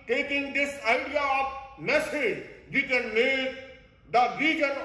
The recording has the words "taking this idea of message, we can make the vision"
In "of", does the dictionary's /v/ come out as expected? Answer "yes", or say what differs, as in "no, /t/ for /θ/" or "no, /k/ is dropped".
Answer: no, /p/ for /v/